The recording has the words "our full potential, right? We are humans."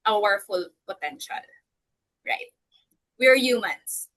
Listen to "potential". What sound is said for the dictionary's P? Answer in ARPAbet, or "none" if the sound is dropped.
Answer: B